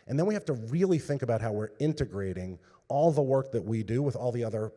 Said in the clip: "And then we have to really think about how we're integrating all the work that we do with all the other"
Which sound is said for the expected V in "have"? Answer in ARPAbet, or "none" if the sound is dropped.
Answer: F